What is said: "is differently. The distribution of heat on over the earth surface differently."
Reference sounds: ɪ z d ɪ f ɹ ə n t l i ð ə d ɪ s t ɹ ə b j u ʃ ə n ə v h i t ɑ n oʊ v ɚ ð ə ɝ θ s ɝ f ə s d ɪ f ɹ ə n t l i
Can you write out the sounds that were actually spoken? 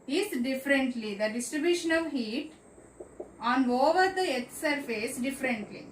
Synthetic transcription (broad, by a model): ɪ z d ɪ f ɹ ə n t l i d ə d ɪ s t ɹ ə b j u ʃ ə n ə v h i t ɑ n oʊ v ɚ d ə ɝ t s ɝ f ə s d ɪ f ɹ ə n t l i